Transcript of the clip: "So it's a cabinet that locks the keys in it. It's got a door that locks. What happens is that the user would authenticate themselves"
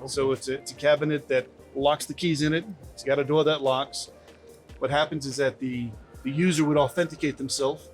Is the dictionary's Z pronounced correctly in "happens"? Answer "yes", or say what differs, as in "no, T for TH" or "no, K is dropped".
yes